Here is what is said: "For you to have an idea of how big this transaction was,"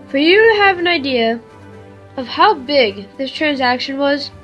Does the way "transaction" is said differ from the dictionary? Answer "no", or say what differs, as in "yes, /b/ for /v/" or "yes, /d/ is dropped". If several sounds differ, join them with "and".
no